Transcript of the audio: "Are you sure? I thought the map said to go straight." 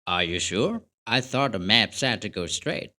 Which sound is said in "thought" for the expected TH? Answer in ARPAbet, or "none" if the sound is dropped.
TH